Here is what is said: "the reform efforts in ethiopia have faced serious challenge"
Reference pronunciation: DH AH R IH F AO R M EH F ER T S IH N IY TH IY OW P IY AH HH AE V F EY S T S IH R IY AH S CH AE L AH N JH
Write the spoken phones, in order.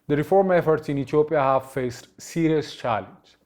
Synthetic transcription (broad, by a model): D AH R IH F AO R M EH F ER T S IH N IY T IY OW P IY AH HH AE V F EY S T S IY R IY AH S CH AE L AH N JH